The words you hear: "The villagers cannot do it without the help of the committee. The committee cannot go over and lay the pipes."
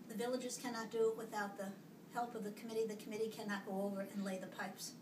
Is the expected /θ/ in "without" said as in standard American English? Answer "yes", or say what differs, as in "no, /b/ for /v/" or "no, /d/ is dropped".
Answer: yes